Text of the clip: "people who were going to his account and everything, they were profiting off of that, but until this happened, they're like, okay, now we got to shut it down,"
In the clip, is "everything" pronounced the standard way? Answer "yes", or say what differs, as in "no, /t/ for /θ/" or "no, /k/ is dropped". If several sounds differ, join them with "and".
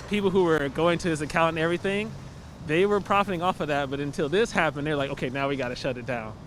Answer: yes